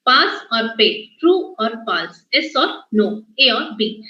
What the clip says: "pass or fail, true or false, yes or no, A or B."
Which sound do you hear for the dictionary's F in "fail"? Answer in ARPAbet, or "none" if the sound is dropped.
P